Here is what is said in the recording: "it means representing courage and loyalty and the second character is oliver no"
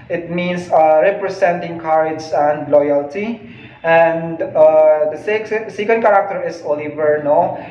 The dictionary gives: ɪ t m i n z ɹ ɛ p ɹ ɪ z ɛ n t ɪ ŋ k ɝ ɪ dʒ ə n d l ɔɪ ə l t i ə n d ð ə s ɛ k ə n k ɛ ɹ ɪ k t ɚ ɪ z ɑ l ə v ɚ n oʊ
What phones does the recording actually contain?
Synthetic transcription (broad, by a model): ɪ t m i n s ɹ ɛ p ɹ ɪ s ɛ n t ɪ ŋ k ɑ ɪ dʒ ə n d l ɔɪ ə l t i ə n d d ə s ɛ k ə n k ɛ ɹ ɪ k t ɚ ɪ s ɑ l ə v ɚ n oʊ